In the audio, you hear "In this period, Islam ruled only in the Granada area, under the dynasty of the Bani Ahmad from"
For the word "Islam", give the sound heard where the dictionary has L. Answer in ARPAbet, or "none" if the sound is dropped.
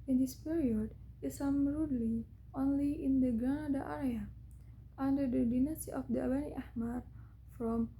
none